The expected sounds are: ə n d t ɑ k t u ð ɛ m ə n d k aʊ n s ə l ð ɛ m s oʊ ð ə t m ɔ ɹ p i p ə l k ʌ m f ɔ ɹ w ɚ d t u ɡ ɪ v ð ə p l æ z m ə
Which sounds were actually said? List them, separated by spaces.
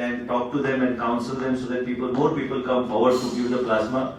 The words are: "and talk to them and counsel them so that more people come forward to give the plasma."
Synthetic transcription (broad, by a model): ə n d t ɑ k t u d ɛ m ə n d k aʊ n s ə l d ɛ m s oʊ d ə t m ɔ ɹ p i p ə l k ʌ m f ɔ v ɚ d t u ɡ ɪ v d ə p l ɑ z m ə